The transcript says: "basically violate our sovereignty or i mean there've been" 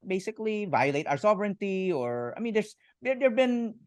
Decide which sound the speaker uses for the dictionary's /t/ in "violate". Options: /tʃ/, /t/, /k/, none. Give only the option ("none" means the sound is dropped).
/t/